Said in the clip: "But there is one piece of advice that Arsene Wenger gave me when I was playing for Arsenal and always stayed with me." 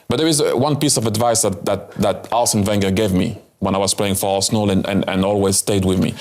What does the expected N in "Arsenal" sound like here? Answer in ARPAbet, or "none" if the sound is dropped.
L